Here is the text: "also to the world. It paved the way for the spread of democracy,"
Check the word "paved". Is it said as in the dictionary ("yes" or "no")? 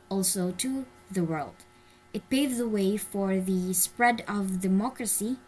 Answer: no